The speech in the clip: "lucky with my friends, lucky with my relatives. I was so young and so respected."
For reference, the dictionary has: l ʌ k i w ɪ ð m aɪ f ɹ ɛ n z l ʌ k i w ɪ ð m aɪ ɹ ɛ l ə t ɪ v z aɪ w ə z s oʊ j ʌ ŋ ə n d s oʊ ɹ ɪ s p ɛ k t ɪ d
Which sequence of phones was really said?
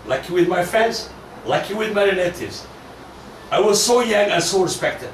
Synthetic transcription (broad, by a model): l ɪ k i w ɪ ð m aɪ f ɹ ɛ n z l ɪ k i w ɪ ð m aɪ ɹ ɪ n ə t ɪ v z aɪ w ə z s oʊ j ʌ ŋ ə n s oʊ ɹ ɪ s p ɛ k t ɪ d